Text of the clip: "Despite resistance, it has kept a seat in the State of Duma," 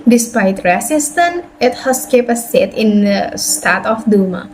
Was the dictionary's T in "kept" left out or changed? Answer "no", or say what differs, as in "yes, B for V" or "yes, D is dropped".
yes, T is dropped